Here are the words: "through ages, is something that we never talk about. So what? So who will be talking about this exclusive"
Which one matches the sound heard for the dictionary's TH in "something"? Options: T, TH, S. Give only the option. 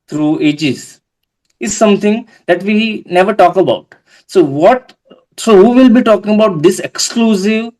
T